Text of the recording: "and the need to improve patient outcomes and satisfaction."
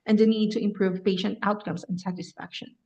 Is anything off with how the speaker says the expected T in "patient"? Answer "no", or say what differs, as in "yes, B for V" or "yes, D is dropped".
no